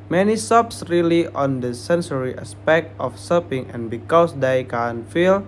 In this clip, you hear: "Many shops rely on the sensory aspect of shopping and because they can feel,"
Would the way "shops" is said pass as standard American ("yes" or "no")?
no